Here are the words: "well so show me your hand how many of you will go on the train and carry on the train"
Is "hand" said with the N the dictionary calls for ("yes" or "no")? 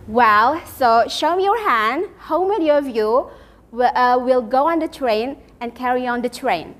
yes